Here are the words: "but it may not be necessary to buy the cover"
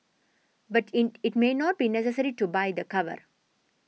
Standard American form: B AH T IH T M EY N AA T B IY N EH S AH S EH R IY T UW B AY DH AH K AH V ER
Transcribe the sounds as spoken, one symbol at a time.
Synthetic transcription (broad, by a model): B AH T IH T M EY N AA T B IY N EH S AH S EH R IY T UW B AY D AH K AH V ER